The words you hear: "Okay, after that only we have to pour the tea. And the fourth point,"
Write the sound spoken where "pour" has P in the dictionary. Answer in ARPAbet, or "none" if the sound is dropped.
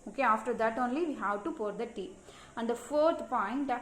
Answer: P